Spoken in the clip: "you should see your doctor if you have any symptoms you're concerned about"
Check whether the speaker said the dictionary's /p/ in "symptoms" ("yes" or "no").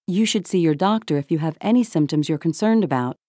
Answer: yes